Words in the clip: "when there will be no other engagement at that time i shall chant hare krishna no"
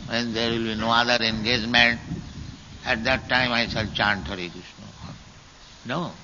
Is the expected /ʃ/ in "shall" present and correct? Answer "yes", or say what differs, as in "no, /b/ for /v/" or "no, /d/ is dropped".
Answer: no, /s/ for /ʃ/